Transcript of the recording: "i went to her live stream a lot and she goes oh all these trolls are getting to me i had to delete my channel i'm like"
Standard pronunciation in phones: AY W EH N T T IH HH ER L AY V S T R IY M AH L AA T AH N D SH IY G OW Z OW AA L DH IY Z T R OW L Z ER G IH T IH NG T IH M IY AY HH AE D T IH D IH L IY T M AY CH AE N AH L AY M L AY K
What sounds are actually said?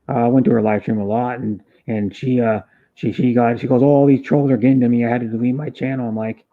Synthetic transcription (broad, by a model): AY W EH N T T IH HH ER L AY F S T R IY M AH L AA T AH N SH SH IY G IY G OW AA L DH IY Z T R OW L Z ER G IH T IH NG T IH M IY AY HH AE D T IH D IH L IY M AY CH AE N L AY M L AY K